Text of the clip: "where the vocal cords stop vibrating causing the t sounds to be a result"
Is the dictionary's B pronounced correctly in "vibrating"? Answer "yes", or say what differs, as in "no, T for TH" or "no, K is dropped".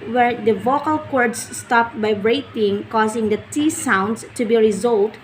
no, B is dropped